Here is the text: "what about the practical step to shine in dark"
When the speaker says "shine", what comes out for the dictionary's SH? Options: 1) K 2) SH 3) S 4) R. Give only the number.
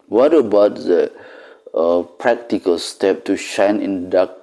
2